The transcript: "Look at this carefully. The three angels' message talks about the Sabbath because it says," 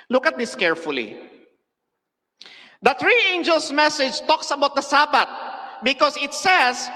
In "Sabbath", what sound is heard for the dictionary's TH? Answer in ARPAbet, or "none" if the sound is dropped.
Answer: T